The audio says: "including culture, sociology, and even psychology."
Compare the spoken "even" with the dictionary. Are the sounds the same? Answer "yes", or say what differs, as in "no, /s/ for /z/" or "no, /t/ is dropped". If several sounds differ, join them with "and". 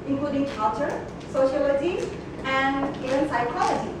no, /v/ is dropped